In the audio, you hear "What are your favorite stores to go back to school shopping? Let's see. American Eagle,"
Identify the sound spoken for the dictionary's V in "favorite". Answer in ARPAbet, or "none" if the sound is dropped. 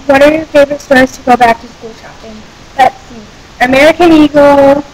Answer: B